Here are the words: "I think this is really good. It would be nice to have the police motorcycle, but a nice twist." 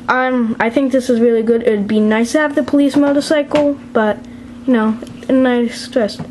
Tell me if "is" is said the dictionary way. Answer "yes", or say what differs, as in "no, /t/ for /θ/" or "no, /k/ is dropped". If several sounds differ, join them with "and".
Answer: yes